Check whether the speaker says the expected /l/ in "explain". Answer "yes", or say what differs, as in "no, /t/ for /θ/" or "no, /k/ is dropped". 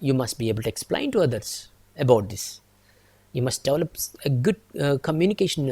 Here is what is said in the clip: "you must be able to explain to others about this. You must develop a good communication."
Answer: yes